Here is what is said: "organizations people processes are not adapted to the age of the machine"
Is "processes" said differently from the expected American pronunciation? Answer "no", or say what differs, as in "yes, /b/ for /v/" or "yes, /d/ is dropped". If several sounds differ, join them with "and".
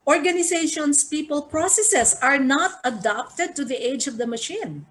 yes, /s/ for /z/